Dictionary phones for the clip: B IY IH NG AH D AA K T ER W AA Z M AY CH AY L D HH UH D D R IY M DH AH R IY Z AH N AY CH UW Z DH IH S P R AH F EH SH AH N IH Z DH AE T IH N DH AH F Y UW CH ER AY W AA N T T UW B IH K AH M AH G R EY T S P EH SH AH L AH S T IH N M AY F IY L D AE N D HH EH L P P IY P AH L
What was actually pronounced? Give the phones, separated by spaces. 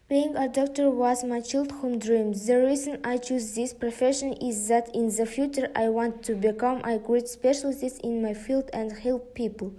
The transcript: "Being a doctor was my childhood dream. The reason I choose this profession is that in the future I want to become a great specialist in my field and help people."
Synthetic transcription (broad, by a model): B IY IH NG AH D AA K T ER W AA Z M AY CH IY L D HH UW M D R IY M DH AH R IY Z AH N AY CH UW Z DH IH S P R AH F EH SH AH N IH Z DH AE T IH N DH AH F Y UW CH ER AY W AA N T T UW B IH K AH M AH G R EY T S P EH SH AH L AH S IH N M AY F IY L D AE N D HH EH L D P IY P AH L